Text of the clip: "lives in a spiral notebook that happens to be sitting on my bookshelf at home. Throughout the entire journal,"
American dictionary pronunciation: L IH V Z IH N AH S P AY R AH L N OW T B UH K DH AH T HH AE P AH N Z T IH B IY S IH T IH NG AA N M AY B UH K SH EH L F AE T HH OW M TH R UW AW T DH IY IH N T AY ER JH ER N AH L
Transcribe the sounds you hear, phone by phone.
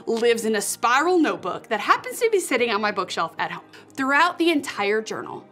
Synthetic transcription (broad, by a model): L IH V Z IH N AH S P AY R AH L N OW T B UH K DH AH T HH AE P AH N Z T IH B IY S IH T IH NG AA N M AY B UH K SH EH L F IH T HH OW M TH R UW AW T DH IY IH N T AY ER JH ER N L